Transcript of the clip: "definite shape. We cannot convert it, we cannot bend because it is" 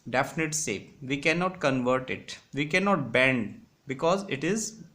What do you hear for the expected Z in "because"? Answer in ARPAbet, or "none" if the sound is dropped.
Z